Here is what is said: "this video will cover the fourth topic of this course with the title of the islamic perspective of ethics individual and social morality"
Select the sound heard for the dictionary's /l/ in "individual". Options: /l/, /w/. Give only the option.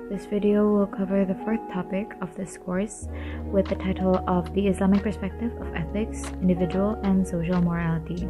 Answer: /l/